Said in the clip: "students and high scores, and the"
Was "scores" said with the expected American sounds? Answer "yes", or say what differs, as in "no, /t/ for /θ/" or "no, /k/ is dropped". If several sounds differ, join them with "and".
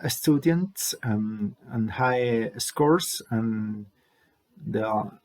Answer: no, /s/ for /z/